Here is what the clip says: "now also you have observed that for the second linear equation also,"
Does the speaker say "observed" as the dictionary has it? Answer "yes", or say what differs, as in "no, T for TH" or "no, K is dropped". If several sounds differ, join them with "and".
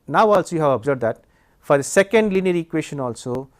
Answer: no, B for V